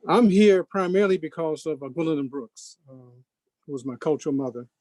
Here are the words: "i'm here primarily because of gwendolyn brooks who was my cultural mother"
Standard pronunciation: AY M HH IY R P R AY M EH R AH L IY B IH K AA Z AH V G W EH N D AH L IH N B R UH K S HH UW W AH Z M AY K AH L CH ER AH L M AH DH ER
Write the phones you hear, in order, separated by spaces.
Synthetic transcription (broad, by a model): AY M HH IY R P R AY M EH R L IY B IH K AA Z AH V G W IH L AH N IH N B R UH K S HH UW W AH Z M AY K AH L CH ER L M AH DH ER